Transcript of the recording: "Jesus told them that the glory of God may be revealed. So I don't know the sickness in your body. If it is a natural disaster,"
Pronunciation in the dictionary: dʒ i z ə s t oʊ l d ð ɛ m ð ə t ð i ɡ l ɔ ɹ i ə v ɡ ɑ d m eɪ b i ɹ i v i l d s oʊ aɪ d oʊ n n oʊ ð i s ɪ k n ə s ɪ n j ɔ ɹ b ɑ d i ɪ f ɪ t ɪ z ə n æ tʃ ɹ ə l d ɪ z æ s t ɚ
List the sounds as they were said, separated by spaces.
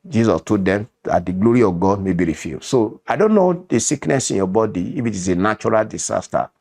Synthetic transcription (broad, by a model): dʒ i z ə s t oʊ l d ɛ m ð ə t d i ɡ l ɔ ɹ i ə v ɡ ɑ d m eɪ b i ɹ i f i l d s oʊ aɪ d oʊ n n oʊ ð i s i k n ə s ɪ n j ɔ b ɑ d i ɪ f ɪ t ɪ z ə n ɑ tʃ ɹ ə l d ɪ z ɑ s t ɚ